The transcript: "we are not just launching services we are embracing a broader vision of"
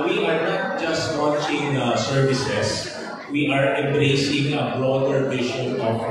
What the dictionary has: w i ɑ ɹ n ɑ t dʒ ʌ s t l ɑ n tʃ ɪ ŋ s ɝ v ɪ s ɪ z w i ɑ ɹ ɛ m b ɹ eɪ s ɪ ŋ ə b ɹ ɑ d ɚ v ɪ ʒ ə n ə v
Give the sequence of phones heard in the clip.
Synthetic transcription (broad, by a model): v i ɑ ɹ n ɑ t dʒ ʌ s t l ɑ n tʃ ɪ ŋ s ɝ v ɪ s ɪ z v i ɑ ɹ ɛ m b ɹ eɪ s ɪ ŋ ə b ɹ ɑ d ɚ p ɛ ʃ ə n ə